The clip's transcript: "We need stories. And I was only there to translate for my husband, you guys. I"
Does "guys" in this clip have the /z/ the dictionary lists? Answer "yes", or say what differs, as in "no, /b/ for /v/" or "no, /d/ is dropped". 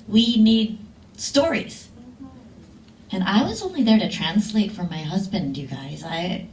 yes